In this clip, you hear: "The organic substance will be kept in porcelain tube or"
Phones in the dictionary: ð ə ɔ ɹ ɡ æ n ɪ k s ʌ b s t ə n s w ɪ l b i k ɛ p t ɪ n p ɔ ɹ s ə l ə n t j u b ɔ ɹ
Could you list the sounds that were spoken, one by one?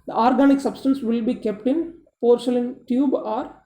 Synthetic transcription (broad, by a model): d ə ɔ ɹ ɡ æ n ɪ k s ʌ b s t ə n s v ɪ l b i k ɛ p t ɪ n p ɔ ɹ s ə l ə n t j u b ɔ ɹ